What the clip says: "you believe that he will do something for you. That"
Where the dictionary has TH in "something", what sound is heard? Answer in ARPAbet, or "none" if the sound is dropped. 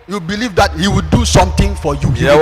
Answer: T